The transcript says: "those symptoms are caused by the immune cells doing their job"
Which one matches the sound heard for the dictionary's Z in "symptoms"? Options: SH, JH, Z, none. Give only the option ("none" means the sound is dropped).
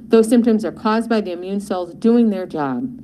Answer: Z